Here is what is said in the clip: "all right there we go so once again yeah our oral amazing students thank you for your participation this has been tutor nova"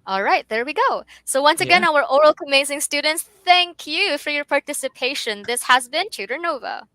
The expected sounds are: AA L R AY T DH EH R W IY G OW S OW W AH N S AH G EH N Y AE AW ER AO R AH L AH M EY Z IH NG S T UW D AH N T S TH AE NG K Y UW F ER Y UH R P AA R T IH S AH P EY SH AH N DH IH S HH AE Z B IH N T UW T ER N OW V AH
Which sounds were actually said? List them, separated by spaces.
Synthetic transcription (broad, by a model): AA L R AY T DH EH R W IY G OW S OW W AH N S AH G EH N AW ER AO R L AH M EY Z IH NG S T UW D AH N T S TH AE NG K Y UW F ER Y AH R P AA R T IH S AH P EY SH AH N DH IH S HH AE Z B IH N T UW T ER N OW V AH